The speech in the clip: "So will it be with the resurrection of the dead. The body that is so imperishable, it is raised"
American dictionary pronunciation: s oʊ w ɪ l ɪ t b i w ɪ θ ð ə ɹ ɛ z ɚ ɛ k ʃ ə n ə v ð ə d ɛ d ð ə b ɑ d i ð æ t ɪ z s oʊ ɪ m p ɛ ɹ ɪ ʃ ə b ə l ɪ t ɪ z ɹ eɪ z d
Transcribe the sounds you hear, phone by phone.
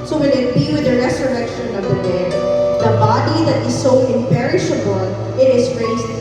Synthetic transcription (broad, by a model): s oʊ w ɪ n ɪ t b i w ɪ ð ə ɹ ɛ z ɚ ɛ k ʃ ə n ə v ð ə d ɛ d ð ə b ɑ d i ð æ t ɪ z s oʊ ɪ m p ɛ ɹ ɪ ʃ ə b ə l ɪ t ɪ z ɹ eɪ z